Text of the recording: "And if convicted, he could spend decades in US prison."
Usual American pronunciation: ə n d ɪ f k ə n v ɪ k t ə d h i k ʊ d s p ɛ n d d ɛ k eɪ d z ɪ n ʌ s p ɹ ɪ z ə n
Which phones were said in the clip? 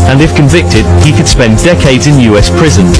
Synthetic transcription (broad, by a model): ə n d ɪ f k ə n v ɪ k t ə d h i k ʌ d s p ɛ n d d ɛ k eɪ d z ɪ n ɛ s p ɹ ɪ z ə n